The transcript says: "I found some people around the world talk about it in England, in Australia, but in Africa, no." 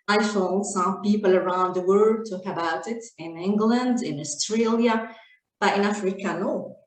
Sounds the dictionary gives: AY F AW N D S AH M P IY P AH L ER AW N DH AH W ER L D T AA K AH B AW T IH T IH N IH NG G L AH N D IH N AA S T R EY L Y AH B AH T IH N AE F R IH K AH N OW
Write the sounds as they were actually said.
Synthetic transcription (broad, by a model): AY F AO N S AH M P IY P AH L ER AW N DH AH W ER D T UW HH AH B AW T IH T IH N IH NG G L AH N D IH N AA S T R EY L Y AH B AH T IH N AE F R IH K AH N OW